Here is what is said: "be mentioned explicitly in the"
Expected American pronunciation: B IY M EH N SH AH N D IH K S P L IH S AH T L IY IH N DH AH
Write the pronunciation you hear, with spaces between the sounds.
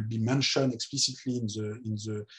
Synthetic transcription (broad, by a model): B IY M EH N SH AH N IH K S P L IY S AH T L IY IH N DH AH